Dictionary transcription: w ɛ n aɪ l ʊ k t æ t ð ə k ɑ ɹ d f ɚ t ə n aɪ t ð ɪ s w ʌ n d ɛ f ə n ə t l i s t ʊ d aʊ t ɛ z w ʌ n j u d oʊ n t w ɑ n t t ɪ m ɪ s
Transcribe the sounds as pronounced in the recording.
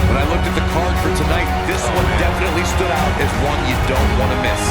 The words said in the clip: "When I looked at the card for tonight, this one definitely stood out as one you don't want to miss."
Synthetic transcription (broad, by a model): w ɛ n aɪ l ʊ k t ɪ t ð ə k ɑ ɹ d f ɚ t ə n aɪ t ð ɪ s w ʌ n d ɛ f ə n ə t l i s t ʊ d aʊ t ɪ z w ʌ n j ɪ d oʊ n t w ɑ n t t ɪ m ɪ s